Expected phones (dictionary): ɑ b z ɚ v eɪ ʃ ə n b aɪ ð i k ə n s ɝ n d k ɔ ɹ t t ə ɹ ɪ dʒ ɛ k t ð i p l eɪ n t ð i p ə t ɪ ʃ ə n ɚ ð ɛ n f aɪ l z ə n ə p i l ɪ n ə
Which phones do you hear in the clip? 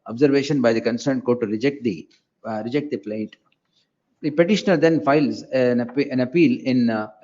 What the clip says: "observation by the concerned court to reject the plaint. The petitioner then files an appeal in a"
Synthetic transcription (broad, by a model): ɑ b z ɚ v eɪ ʃ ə n b aɪ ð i k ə n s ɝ n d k ɔ ɹ t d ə ɹ ɪ dʒ ɛ k t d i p l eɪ t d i p ə t ɪ ʃ ə n ɚ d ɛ n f aɪ l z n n ə p i l ɪ n